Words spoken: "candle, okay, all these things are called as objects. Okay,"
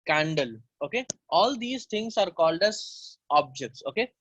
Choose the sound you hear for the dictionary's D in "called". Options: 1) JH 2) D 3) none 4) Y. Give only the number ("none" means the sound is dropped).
2